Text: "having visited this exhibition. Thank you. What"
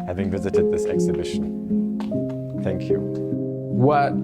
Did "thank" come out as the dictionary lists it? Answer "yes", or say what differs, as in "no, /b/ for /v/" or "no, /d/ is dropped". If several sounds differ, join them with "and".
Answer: yes